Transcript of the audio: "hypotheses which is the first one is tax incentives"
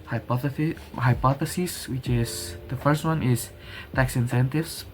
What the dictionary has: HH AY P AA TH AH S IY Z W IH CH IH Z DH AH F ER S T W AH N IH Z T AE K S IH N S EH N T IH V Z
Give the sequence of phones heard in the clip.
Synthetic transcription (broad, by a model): HH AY P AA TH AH S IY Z W IH CH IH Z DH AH F ER S T W AH N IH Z T AE K S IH N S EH N T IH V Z